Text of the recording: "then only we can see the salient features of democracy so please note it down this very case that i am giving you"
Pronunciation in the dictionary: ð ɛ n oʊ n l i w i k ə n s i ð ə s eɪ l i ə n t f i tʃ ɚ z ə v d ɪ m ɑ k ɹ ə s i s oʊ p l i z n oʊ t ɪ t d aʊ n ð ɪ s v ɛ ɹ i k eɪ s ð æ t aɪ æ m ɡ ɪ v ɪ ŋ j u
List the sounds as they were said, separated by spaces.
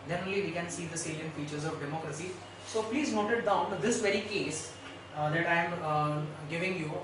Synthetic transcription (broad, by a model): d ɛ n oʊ l i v i k ə n s i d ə s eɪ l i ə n f i tʃ ɚ z ə v d ɪ m ɑ k ɹ ə s i s oʊ p l i z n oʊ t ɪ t d aʊ n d ɪ s v ɛ ɹ i k eɪ s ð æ t aɪ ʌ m ɡ ɪ v ɪ ŋ j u